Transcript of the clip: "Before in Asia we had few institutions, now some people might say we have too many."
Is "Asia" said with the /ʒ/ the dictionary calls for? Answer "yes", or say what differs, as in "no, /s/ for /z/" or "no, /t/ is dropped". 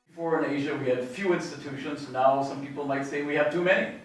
yes